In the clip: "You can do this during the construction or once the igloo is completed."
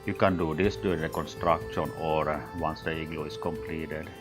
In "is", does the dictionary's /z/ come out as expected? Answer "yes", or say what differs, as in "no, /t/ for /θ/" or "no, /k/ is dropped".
no, /s/ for /z/